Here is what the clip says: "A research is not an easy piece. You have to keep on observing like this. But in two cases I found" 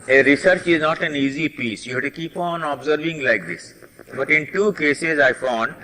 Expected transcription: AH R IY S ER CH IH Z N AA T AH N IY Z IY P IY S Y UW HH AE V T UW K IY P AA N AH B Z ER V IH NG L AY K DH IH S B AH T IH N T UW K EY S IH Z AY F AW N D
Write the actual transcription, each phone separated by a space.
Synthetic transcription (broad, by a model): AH R IY S ER CH IH Z N AA T AH N IY Z IY P IY S Y UW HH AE T UW K IY P AA N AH B Z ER V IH NG L AY K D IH S B AH T IH N T UW K EY S IH Z AY F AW N D